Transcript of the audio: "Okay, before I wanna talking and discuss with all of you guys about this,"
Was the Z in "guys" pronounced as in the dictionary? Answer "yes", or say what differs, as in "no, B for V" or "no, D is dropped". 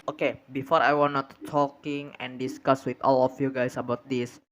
no, S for Z